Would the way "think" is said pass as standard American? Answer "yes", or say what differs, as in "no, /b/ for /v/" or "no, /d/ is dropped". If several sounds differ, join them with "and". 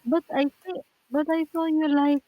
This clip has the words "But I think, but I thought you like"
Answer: no, /s/ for /θ/